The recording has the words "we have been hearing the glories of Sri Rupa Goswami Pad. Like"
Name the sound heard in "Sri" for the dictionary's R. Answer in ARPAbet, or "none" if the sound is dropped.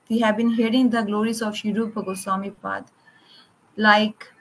none